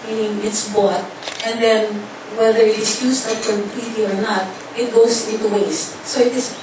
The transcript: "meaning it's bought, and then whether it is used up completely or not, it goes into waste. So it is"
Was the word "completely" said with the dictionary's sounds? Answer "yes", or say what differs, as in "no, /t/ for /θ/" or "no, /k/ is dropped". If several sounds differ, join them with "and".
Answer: no, /m/ is dropped